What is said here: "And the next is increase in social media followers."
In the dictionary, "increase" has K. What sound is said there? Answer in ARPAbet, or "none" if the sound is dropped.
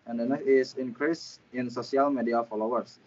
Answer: K